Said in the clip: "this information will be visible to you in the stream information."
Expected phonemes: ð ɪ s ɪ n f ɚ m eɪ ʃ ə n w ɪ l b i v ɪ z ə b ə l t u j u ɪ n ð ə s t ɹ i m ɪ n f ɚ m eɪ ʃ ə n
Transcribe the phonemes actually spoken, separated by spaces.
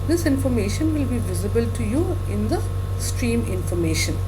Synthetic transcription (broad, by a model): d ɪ s ɪ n f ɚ m eɪ ʃ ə n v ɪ l b i v ɪ z ə b ə l t u j u ɪ n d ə s t ɹ i m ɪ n f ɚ m eɪ ʃ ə n